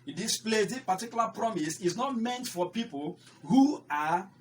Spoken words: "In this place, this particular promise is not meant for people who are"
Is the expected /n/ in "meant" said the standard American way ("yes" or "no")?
yes